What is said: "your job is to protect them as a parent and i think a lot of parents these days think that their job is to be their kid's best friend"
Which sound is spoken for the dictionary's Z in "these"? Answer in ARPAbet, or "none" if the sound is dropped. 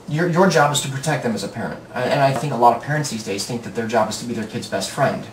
Z